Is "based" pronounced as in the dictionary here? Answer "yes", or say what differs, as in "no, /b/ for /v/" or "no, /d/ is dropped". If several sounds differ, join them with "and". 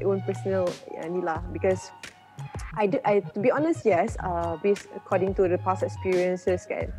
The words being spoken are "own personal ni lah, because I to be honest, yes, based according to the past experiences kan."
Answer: no, /t/ is dropped